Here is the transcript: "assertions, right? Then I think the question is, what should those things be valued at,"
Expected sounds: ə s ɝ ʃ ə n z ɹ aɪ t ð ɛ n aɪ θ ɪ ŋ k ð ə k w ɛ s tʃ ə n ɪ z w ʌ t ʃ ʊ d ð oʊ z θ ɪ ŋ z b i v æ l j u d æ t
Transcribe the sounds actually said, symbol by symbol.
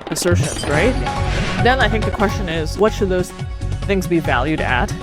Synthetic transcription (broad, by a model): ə s ɝ ʃ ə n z ɹ aɪ t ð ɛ n aɪ θ ɪ ŋ k ð ə k w ɛ s tʃ ə n ɪ z w ʌ t ʃ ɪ d ð oʊ z θ ɪ ŋ z b i v æ l j u d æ t